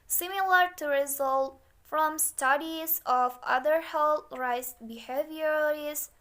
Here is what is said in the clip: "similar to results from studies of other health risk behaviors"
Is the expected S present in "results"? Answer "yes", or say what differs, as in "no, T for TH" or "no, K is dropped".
no, S is dropped